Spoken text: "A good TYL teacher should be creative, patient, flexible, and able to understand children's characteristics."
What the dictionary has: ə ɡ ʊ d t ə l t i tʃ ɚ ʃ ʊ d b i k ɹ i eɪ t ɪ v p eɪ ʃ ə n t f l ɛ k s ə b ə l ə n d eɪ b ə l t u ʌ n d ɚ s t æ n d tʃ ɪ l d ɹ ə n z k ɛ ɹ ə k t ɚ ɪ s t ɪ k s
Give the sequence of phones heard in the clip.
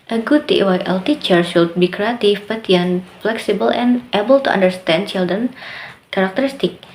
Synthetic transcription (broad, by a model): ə ɡ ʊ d t ə l t i tʃ ɚ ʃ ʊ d b i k ɹ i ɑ t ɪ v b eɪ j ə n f l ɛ k s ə b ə l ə n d eɪ b ə l t u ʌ n d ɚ s t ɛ n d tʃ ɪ l d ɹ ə n k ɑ ɹ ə k t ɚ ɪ s t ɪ k